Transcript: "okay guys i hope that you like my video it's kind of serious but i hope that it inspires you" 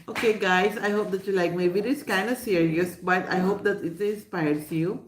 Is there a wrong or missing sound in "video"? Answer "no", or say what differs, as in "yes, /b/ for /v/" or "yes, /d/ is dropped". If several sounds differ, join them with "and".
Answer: yes, /b/ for /v/